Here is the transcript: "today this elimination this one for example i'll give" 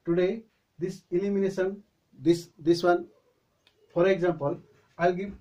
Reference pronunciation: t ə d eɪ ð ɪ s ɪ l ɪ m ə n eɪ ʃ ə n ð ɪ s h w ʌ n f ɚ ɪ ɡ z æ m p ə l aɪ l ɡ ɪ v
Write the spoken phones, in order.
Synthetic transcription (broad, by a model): t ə d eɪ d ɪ s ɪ l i m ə n eɪ s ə n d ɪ s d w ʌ n p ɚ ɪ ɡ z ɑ m p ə l aɪ l ɡ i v